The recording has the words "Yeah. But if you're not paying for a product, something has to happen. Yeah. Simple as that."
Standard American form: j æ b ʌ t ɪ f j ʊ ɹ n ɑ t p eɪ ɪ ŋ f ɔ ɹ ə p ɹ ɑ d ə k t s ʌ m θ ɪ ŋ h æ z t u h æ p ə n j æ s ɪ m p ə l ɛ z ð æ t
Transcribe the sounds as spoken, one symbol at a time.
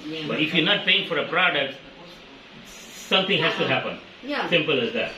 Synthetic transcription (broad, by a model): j b ʌ t ɪ f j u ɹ n ɑ t p eɪ ɪ ŋ f ɔ ɹ ə p ɹ ɑ d ə k t s ʌ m t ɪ ŋ h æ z t u h æ p ə n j s ɪ m p ə l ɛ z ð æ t